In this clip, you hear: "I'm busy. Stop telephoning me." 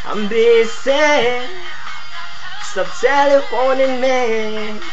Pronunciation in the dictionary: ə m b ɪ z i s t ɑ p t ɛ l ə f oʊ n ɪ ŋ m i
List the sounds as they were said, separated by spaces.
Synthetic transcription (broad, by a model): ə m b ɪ s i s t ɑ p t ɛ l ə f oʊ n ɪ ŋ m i